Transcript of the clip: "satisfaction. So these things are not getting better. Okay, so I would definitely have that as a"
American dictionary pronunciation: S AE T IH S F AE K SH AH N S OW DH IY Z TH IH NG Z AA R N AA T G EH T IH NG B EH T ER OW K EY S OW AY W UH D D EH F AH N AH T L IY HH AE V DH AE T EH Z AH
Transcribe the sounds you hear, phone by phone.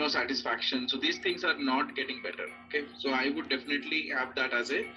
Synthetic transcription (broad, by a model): S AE T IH S F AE K SH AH N S OW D IY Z T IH NG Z AA R N AA T G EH T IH NG B EH T ER OW K EY S OW AY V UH D D EH F AH N AH T L IY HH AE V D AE T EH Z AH